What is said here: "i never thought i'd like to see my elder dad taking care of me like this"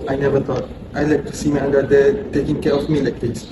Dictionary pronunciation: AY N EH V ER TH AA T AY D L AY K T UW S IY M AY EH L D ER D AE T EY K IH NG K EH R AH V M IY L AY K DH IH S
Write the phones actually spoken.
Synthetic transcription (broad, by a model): AY N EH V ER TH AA T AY L AY K T UW S IY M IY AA N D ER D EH T EY K IH NG K EH R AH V M IY L AY K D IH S